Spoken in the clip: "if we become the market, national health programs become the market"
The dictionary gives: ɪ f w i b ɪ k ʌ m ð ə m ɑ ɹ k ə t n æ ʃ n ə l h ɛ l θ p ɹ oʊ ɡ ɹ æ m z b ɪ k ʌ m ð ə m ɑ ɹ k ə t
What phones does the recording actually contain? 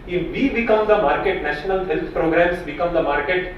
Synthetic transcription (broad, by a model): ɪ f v i b ɪ k ʌ m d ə m ɑ ɹ k ə t n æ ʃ n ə l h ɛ l t p ɹ oʊ ɡ ɹ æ m s b ɪ k ʌ m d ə m ɑ ɹ k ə t